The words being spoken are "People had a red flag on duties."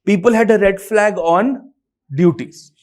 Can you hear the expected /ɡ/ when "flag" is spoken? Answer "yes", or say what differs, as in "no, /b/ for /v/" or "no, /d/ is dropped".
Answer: yes